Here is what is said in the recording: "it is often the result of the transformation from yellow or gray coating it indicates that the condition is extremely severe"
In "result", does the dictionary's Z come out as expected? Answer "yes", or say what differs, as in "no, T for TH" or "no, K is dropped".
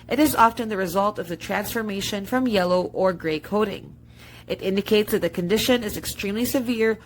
yes